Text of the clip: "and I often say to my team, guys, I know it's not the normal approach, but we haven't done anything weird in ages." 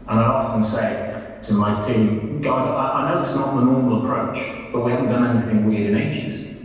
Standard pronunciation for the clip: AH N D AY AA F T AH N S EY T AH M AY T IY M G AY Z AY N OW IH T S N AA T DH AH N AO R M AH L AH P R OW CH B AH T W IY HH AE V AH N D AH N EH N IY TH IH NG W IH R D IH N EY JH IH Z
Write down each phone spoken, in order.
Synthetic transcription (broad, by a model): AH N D AY AA F T AH N S EY T AH M AY T IY M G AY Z AY N OW IH T S N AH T DH AH N AO R M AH L AH P R OW CH B AH T W IY HH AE V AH N D AH N EH N IY TH IH NG W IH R D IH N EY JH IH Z